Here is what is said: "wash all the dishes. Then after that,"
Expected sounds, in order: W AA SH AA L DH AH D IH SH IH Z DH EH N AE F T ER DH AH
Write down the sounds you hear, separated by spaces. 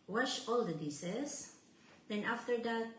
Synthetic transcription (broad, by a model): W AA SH AA L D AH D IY S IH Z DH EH N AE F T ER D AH